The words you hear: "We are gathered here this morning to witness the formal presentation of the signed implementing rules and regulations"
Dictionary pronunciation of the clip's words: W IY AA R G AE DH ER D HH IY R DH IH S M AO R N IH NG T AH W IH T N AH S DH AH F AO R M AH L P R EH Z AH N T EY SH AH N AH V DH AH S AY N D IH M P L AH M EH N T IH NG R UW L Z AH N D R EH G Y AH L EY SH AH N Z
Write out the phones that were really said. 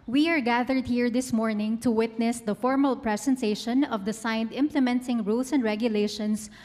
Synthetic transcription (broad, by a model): W IY AA R G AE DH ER D HH IY R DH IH S M AO R N IH NG T AH W IH T N AH S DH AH F AO R M AH L P R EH S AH N T EY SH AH N AH V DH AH S AY N D IH M P L AH M EH N T IH NG R UW L S AH N D R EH G Y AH L EY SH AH N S